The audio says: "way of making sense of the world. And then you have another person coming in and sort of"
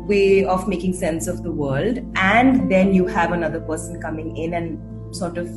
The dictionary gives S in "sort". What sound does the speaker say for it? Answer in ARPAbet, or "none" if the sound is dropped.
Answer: S